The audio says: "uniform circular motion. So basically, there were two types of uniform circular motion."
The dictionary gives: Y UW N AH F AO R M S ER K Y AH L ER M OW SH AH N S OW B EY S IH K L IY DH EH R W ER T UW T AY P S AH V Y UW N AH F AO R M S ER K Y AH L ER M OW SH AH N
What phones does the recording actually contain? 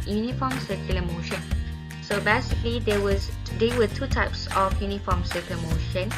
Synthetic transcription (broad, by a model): Y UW N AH F AO M S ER K Y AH L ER M OW SH AH N S OW B EY S IH K L IY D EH W W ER T UW T AY P S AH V Y UW N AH F AO M S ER K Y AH L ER M OW SH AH N